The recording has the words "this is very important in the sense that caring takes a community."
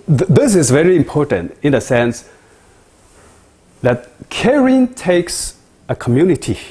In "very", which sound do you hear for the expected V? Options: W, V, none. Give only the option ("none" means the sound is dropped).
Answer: V